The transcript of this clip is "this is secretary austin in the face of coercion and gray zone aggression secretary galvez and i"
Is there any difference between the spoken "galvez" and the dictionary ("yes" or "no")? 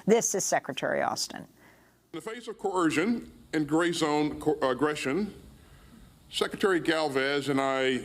no